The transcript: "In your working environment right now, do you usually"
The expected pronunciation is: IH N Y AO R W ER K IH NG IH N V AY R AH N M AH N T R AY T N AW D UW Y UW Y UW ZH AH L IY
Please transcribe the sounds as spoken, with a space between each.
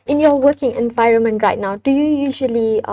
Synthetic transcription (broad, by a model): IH N Y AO W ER K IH NG IH N V AY R AH N M AH N T R AY T N AW D UW Y UW Y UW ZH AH L IY